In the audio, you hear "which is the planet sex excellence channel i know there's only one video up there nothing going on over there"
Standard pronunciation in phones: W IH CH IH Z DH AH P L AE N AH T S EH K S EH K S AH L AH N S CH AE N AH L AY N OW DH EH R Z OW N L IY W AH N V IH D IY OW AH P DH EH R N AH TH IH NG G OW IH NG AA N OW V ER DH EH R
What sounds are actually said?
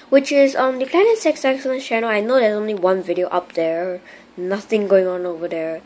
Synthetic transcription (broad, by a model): W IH CH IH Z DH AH P L AE N AH T S EH K S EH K S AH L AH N CH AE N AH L AY N OW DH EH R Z OW N L IY W AH N V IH D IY OW AH P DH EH R N AH TH IH NG G OW IH NG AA N OW V ER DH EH R